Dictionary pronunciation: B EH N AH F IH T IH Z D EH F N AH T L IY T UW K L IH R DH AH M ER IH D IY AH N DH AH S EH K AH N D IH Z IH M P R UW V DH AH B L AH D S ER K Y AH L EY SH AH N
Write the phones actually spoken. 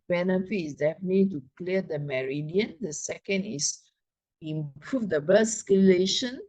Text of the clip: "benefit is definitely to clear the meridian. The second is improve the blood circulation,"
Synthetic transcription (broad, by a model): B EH N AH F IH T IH S D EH F AH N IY T UW K L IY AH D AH M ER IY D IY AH N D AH S EH K AH N D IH S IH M P R UW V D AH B AH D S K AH L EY SH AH N